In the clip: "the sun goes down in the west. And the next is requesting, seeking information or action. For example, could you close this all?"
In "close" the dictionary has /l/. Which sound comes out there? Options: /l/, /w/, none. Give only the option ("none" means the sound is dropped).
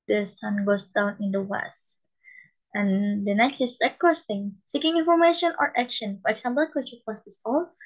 none